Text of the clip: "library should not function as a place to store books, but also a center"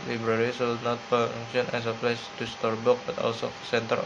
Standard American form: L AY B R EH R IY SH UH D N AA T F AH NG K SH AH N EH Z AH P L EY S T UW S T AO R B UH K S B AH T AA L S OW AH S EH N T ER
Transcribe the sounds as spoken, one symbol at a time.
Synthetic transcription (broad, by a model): L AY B R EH R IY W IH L N AA T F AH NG SH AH N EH S AH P L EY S T UW S T AO R B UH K B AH T AA L S OW S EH N T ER